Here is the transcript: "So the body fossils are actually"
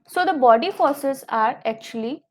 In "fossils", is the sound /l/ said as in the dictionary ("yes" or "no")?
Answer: no